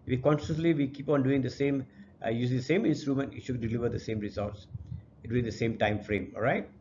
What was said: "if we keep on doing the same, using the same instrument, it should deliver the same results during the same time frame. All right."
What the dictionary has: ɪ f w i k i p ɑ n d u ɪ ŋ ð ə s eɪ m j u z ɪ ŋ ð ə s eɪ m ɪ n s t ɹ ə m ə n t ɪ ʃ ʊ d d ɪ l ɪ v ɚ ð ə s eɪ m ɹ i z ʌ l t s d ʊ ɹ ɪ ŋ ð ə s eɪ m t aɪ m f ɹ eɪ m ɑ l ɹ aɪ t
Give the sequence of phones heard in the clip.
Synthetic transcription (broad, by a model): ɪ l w i k i p ɑ n d u ɪ ŋ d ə s eɪ m j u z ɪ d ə s eɪ m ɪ n s t ɹ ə m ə n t ɪ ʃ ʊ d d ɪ l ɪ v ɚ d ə s eɪ m ɹ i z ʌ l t s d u ɪ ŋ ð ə s eɪ m t aɪ m f ɹ eɪ m ɑ l ɹ aɪ t